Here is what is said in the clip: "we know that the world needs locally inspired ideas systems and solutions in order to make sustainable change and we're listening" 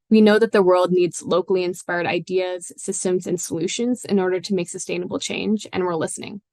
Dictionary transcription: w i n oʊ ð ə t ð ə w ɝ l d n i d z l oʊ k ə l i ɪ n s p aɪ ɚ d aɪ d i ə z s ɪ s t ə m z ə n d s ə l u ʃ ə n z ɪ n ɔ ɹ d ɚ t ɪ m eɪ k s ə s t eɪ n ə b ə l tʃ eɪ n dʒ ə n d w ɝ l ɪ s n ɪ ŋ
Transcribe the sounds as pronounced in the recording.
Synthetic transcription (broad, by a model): w i n oʊ ð ə t ð ə w ɝ l d n i d z l oʊ k l i ɪ n s p aɪ ɚ d aɪ d i ə z s ɪ s t ə m z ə n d s ə l u ʃ ə n z ɪ n ɔ ɹ d ɚ t ɪ m eɪ k s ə s t eɪ n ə b l tʃ eɪ n dʒ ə n w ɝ l ɪ s n ɪ ŋ